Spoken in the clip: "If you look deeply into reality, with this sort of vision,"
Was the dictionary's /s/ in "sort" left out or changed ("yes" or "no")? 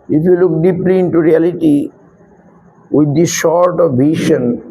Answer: yes